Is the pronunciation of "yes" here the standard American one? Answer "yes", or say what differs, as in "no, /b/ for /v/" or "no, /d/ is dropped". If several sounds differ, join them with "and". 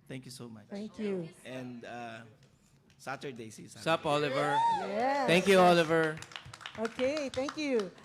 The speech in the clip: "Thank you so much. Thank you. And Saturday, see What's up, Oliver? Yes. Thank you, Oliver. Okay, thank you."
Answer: no, /s/ is dropped